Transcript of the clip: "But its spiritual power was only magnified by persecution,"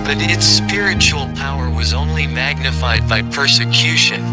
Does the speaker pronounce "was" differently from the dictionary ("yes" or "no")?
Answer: no